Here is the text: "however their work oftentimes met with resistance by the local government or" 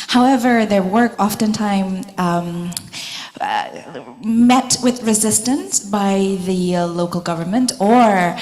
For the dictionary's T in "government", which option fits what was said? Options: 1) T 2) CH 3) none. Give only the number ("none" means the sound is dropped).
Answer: 1